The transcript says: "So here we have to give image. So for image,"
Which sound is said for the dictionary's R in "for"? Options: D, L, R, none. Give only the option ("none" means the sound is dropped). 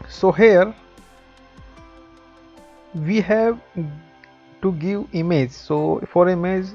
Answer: R